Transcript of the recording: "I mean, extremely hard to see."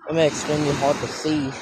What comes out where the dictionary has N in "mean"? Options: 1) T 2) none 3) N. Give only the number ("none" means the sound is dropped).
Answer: 2